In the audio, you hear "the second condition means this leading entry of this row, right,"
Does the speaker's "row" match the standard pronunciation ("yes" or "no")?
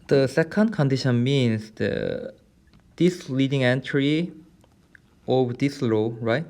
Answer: no